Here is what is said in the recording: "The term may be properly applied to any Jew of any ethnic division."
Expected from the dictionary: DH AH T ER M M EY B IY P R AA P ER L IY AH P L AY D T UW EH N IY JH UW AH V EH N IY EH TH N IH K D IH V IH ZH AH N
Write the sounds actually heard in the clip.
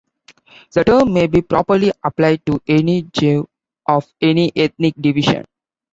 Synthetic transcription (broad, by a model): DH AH T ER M M EY B IY P R AA P ER L IY AH P L AY D T UW EH N IY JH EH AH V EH N IY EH T N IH K D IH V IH SH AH N